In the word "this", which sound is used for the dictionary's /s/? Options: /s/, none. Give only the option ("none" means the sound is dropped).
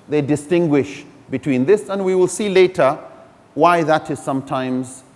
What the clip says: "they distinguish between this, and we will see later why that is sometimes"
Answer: /s/